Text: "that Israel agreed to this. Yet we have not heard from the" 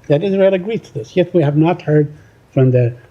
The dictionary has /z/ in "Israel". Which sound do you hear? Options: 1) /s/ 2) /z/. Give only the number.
2